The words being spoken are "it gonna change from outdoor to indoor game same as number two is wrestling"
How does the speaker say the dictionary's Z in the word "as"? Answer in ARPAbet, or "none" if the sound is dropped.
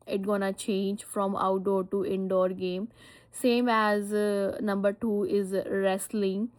Z